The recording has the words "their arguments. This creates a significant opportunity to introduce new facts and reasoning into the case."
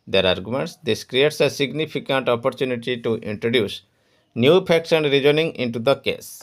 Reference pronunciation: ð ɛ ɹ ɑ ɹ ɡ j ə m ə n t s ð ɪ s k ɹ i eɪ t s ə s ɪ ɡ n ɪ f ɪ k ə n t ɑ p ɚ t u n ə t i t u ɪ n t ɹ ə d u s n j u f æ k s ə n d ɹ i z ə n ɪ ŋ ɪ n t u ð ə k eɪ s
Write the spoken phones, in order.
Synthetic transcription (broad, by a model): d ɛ ɹ ɑ ɹ ɡ j ə m ə n t s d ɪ s k ɹ i eɪ t s ə s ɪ ɡ n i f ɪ k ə n t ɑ p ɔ t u n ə t i t u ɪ n t ɹ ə d u s n j u p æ k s ə n d ɹ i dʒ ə n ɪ ŋ ɪ n t u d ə k eɪ s